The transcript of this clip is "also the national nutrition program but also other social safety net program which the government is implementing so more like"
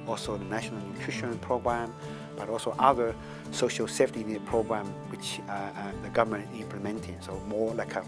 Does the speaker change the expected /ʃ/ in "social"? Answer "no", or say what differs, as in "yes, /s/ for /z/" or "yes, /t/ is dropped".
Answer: no